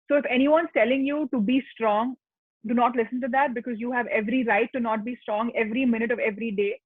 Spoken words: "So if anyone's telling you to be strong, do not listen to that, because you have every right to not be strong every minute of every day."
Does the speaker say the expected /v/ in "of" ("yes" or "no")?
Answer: yes